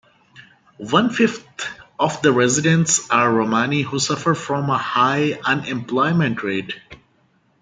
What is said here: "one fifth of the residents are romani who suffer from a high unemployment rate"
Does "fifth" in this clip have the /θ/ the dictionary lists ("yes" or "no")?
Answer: no